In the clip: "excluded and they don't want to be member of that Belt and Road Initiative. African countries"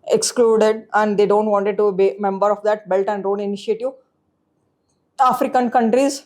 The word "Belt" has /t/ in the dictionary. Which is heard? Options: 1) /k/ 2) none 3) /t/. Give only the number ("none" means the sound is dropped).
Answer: 3